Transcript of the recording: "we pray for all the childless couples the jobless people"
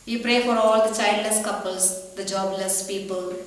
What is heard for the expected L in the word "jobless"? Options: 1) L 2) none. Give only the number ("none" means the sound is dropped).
1